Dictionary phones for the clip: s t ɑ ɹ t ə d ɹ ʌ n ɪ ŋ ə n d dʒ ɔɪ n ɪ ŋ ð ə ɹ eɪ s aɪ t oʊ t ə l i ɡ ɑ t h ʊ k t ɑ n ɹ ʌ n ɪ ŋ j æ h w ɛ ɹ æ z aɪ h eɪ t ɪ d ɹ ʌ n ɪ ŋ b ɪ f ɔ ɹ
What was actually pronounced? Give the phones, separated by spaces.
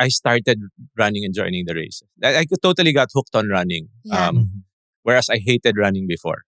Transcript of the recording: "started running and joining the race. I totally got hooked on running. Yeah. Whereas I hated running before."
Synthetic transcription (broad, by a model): s t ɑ ɹ t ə d ɹ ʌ n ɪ ŋ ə n dʒ ɔɪ n ɪ ŋ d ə ɹ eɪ s aɪ t oʊ t ə l i ɡ ɑ t h ʊ k t ɑ n ɹ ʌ n ɪ ŋ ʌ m w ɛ ɹ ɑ s aɪ h eɪ t ɪ d ɹ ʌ n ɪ ŋ b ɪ f ɔ ɹ